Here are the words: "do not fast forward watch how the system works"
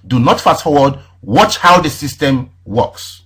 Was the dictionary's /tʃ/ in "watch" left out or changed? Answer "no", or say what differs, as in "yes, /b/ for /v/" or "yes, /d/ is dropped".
no